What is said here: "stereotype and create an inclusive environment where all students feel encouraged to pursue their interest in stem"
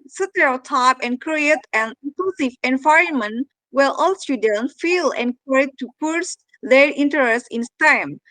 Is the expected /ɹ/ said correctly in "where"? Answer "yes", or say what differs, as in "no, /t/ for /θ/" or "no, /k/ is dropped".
no, /l/ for /ɹ/